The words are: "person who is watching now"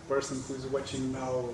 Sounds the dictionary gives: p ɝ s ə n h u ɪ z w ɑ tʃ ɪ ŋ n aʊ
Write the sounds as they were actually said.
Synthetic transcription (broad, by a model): p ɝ s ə n h u ɪ z w ɑ tʃ ɪ ŋ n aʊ